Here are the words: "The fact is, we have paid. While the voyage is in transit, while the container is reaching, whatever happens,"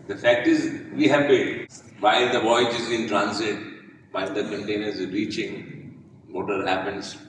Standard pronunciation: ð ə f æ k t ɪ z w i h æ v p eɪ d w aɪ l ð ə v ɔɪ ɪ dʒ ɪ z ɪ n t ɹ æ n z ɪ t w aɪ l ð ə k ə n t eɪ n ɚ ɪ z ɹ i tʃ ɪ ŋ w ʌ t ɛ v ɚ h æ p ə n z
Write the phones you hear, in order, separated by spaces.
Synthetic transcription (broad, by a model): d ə f æ k t ɪ z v i h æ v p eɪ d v aɪ l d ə v ɔɪ ɪ dʒ ɪ z ɪ n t ɹ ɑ n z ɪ t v aɪ l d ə k ə n t eɪ n ɚ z ɹ i tʃ ɪ ŋ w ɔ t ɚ h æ p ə n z